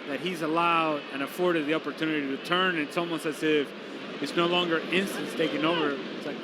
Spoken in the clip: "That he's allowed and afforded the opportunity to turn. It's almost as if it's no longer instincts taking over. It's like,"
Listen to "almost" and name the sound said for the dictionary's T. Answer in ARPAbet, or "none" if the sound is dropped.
none